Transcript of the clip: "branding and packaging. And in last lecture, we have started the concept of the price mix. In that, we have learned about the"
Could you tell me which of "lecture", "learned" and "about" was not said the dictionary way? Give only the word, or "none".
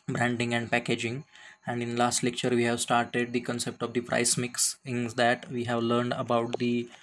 none